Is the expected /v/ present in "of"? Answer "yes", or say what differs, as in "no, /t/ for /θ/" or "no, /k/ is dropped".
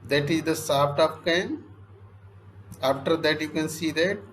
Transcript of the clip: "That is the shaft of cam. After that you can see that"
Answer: no, /p/ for /v/